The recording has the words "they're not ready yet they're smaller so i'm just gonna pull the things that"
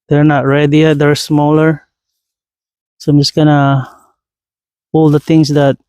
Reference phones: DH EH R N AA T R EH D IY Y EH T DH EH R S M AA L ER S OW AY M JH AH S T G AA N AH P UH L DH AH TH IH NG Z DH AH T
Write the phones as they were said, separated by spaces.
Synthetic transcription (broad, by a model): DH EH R N AA T R EH D IY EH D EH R S M AA L ER S OW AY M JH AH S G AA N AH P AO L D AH T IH NG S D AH T